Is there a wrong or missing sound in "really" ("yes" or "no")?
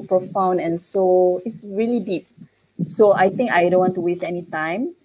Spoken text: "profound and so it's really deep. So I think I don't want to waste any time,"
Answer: no